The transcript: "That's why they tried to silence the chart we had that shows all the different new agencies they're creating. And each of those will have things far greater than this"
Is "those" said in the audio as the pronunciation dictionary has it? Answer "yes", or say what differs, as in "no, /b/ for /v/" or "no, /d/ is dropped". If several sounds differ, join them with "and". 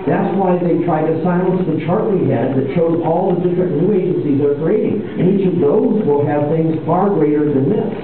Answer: yes